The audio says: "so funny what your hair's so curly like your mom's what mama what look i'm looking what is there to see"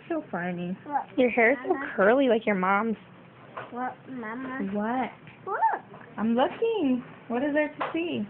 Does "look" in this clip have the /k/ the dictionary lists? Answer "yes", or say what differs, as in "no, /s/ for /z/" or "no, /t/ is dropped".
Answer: no, /k/ is dropped